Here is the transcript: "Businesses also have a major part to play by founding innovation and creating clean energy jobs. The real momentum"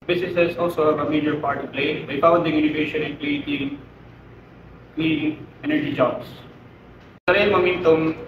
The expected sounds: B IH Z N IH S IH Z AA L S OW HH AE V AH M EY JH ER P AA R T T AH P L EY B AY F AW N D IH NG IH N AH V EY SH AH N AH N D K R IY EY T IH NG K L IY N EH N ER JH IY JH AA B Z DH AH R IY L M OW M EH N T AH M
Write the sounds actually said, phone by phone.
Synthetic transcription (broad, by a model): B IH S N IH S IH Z AA L S OW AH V AH M EY JH ER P AA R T T AH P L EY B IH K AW D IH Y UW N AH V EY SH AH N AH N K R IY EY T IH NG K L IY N EH N ER JH IY JH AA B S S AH R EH M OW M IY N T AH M